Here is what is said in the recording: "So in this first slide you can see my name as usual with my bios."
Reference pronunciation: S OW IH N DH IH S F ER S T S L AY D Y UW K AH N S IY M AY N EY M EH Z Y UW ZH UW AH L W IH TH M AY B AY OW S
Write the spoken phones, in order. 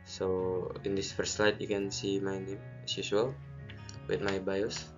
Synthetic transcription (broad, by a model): S OW IH N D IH S F ER S T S L AY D Y UW K AH N S IY M AY N EY M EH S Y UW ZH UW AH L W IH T M AY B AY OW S